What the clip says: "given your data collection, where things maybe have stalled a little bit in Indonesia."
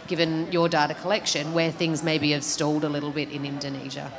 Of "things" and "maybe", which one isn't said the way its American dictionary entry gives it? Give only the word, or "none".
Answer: none